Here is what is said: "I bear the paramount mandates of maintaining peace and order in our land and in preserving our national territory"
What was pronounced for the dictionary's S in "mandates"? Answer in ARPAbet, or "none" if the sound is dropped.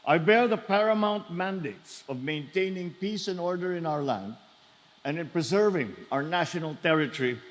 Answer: S